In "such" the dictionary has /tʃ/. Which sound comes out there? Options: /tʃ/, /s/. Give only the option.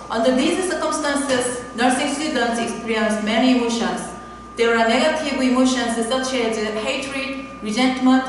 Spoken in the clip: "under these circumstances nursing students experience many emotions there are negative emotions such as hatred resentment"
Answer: /s/